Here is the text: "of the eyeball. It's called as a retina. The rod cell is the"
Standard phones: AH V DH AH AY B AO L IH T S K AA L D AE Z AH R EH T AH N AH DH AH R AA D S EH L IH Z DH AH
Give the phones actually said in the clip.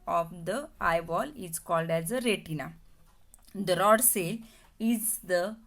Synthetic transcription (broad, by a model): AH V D AH AY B AO L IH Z K AA L D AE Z AH R EH T AH N AH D AH R AA D S EH L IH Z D AH